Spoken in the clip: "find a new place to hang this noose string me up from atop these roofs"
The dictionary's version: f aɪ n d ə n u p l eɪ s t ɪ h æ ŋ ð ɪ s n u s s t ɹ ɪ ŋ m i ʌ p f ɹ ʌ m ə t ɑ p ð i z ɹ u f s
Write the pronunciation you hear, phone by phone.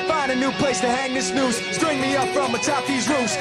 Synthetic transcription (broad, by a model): f aɪ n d ə n u p l eɪ s t ɪ h æ ŋ ð ɪ s n u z s t ɹ ɪ ŋ m i ʌ p f ɹ ʌ m ə t ɑ p ð i z ɹ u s